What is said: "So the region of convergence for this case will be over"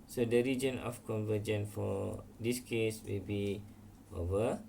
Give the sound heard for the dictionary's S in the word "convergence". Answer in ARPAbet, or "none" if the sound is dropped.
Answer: none